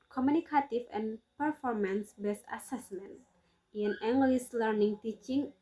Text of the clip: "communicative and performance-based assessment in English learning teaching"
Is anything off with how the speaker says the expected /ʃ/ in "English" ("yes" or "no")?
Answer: yes